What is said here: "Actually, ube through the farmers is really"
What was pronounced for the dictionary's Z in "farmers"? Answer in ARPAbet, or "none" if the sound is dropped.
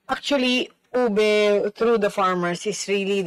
S